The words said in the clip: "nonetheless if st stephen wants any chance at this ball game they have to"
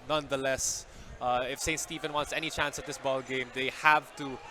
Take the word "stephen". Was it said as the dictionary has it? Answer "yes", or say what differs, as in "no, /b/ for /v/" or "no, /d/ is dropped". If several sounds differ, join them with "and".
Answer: yes